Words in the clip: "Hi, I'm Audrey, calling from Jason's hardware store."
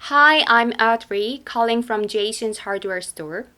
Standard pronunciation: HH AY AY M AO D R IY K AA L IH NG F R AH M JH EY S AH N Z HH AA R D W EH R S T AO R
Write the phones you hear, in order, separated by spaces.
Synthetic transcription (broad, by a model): HH AY AY M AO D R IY K AA L IH NG F R AH M JH EY SH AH N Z HH AA R D W EH R S T AO R